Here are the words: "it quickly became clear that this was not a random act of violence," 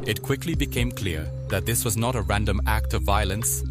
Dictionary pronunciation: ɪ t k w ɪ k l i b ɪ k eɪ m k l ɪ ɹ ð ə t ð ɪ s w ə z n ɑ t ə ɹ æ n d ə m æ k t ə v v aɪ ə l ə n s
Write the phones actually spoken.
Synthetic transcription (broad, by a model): ɪ t k w ɪ k l i b ɪ k eɪ m k l ɪ ɹ ð ə t ð ɪ s w ə z n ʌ t ə ɹ æ n d ə m æ k t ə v v aɪ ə l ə n s